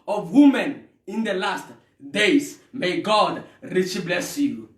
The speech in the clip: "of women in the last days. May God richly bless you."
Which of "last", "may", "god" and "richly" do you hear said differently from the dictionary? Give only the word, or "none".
richly